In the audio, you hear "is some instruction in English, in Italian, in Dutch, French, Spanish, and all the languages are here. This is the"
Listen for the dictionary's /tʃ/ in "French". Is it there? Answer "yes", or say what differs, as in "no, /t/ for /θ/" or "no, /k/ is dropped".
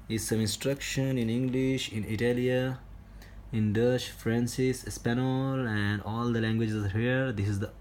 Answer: no, /s/ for /tʃ/